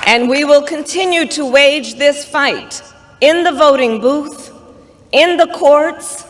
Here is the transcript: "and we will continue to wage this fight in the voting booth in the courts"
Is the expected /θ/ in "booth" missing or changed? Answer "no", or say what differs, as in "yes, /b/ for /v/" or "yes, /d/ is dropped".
no